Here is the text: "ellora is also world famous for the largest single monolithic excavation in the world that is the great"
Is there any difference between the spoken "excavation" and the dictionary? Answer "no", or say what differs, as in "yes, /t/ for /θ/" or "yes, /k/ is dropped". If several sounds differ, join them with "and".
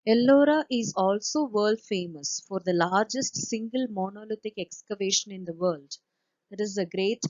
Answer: no